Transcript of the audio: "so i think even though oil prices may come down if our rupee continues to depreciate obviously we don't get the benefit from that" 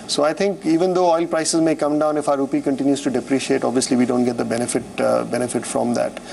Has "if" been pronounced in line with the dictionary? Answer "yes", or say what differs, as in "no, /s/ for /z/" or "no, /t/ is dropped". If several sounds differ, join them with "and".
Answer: yes